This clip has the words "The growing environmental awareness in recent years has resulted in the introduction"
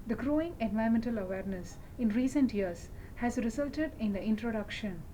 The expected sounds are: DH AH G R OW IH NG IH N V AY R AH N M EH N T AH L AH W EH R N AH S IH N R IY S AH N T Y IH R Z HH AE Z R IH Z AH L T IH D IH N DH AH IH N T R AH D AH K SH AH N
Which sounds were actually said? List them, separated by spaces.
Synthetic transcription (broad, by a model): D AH G R OW IH NG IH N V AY AH M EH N T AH L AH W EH R N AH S IH N R IY S AH N T Y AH R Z HH AE Z R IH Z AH L T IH D IH N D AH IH N T R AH D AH K SH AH N